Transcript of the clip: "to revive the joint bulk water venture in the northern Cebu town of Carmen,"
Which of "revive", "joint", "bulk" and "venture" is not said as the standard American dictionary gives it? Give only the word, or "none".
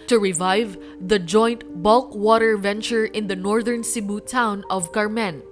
none